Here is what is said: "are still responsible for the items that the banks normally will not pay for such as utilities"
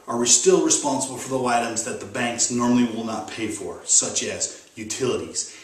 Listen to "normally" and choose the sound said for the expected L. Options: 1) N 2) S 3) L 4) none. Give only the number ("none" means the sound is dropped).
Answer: 3